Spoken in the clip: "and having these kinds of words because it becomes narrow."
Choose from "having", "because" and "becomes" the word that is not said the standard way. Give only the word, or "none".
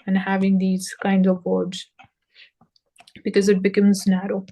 none